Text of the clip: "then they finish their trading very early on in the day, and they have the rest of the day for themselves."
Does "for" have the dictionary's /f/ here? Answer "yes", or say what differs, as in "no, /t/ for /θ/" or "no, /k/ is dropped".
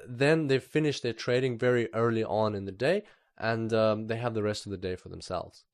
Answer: yes